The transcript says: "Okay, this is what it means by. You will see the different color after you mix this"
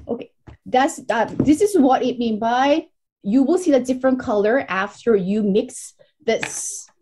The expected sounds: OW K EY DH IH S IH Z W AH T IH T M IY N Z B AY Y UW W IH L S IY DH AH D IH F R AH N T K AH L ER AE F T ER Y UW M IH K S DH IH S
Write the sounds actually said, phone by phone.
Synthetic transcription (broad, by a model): OW K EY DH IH S IH Z W AH T IH T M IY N B AY Y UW W IH L S IY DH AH D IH F R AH N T K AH L ER AE F T ER Y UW M IH K S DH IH S